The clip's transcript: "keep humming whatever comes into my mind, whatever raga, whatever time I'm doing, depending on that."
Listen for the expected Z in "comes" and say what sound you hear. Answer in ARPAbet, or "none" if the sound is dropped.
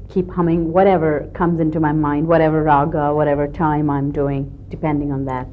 Z